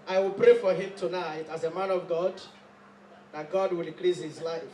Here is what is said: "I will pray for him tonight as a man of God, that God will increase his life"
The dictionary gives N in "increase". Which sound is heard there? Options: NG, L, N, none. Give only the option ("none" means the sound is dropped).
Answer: none